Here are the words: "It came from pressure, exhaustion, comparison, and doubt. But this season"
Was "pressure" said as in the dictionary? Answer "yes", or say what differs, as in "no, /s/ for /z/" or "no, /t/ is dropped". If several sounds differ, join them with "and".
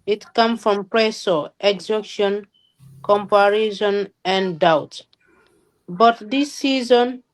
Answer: no, /s/ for /ʃ/